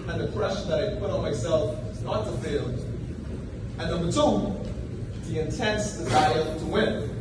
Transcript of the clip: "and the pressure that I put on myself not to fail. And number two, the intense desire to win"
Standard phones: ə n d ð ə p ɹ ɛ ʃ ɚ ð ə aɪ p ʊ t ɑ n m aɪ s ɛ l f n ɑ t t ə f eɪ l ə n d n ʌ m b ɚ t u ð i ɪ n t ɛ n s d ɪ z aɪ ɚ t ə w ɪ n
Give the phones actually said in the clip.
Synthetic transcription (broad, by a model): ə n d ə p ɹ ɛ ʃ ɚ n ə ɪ p ʊ t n m aɪ s ɛ l f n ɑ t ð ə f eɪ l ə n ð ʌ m ɚ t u ð i ɪ n t ɛ n s d ɪ z aɪ ɚ t ə w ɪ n